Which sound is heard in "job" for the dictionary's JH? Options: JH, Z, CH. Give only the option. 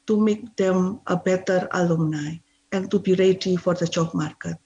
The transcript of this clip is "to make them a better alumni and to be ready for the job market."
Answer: CH